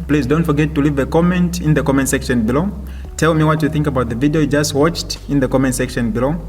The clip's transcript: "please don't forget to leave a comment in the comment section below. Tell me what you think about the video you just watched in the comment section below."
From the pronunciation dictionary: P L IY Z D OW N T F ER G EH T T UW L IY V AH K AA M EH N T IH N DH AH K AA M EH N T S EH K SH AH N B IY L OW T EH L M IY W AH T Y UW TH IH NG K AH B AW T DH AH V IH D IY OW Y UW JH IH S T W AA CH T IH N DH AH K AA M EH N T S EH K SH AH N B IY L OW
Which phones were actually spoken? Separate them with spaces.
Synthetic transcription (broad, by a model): P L IY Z D OW N T F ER G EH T T UW L IY V AH K AA M EH N T IH N DH AH K AA M EH N T S EH K SH AH N B IY L OW T EH L M IY W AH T Y UW TH IH NG K AH B AW T DH AH V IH D IY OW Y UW JH IH S T W AA CH T IH N DH AH K AA M EH N T S EH K SH AH N B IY L OW